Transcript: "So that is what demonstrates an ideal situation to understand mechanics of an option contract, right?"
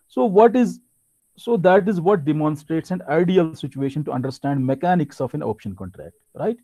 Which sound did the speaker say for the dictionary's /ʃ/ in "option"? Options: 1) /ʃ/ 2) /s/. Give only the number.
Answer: 1